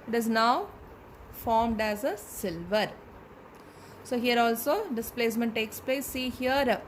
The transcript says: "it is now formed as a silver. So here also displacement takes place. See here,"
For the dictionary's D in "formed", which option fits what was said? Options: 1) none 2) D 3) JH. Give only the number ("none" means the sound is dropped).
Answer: 2